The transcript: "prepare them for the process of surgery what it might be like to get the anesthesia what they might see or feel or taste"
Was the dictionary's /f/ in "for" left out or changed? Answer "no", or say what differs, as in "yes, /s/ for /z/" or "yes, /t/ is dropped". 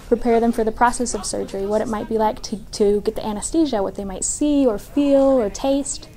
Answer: no